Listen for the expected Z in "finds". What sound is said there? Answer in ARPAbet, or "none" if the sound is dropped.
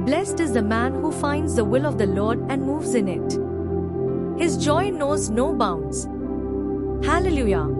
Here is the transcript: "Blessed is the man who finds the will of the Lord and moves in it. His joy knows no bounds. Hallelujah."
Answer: Z